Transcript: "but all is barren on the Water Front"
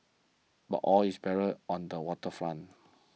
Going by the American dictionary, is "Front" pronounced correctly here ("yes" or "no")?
no